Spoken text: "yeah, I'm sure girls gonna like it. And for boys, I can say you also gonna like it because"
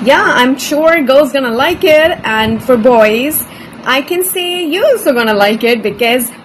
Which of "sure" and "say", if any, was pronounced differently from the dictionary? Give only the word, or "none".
none